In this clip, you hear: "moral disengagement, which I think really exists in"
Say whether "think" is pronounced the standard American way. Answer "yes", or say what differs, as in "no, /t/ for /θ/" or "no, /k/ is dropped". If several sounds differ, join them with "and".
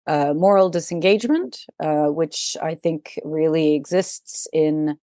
yes